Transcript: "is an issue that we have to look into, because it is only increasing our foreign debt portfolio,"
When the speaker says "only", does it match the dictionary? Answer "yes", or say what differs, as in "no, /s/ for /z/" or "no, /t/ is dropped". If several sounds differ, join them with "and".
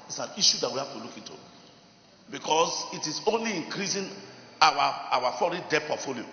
yes